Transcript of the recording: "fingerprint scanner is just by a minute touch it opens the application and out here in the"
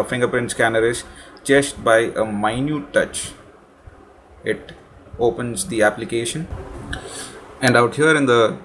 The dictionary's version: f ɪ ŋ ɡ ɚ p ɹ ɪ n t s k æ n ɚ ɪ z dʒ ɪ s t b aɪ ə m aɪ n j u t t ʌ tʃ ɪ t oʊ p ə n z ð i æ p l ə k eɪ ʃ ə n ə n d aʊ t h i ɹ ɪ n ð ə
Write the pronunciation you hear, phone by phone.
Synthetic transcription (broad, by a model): f ɪ ŋ ɡ ɚ p ɹ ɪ n t s k æ n ɚ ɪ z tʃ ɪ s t b aɪ ə m aɪ n j u t t ʌ tʃ ɪ t oʊ p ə n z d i æ p l ə k eɪ ʃ ə n ə n d aʊ t h i ɹ ɪ n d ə